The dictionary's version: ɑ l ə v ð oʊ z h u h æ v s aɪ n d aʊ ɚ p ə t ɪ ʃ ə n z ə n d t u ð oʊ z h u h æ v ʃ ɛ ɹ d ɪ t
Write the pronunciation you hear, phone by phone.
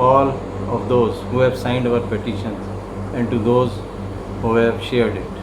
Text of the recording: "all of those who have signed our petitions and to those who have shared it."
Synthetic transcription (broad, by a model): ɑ l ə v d oʊ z h u h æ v s aɪ n d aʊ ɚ p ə t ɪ ʃ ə n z ə n d t u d oʊ z h u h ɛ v ʃ ɛ ɹ d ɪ t